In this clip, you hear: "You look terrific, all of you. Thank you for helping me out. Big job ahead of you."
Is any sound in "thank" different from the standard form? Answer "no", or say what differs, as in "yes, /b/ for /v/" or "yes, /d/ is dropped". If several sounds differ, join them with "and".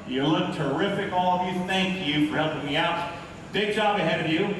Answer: no